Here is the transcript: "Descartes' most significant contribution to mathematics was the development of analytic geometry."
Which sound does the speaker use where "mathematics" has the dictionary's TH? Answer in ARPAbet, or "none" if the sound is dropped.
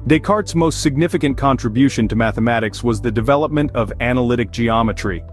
TH